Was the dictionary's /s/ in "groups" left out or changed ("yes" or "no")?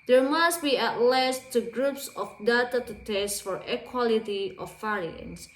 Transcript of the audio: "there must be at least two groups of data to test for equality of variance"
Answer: no